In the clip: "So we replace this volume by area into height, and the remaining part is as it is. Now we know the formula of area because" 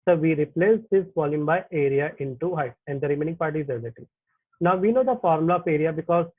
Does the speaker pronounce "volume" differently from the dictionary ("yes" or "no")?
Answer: yes